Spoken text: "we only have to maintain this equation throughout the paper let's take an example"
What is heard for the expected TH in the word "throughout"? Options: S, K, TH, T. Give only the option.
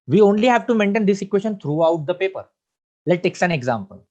T